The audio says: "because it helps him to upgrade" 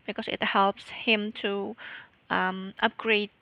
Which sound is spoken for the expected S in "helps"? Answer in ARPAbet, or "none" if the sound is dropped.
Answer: S